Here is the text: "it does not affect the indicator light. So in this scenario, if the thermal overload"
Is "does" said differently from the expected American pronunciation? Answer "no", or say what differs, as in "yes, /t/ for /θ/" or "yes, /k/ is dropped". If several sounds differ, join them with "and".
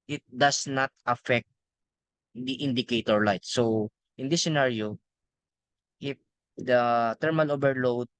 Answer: yes, /s/ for /z/